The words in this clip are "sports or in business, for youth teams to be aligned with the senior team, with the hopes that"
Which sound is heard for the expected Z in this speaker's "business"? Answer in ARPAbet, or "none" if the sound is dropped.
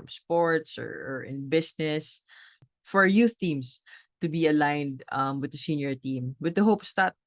S